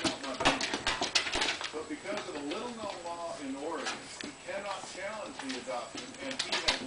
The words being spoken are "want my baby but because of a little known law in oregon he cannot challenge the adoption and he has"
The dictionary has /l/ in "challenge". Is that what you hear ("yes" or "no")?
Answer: yes